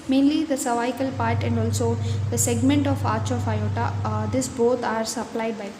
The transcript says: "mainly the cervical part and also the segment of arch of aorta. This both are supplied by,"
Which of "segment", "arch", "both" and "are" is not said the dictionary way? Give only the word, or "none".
both